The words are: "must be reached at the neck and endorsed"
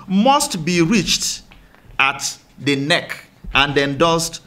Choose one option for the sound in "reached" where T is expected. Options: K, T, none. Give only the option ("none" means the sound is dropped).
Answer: T